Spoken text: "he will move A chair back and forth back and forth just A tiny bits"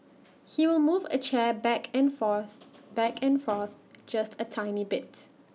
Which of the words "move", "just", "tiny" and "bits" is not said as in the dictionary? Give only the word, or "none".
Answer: bits